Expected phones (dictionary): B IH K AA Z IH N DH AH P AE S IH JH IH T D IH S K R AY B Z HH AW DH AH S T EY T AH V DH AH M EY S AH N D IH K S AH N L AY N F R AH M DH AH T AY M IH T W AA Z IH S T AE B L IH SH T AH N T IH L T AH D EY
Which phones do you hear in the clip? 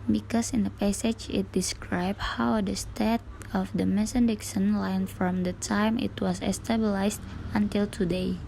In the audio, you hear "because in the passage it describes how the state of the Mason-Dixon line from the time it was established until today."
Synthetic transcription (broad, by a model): B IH K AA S IH N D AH P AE S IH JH IH T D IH S K R AY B HH AW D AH S T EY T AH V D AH M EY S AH N D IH K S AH N L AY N F R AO M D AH T AY M IH T W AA S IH S T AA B L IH S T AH N T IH L T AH D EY